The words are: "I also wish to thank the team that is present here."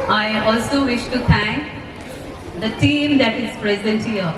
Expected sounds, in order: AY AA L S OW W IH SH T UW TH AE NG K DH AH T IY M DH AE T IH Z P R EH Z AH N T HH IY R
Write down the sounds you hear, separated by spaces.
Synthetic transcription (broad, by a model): AY AA L S OW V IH SH T UW T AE NG K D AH T IY M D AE T IH Z P R EH Z AH N T HH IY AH